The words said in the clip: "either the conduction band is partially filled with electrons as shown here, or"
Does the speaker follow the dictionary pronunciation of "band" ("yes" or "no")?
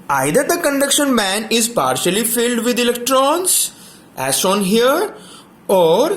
no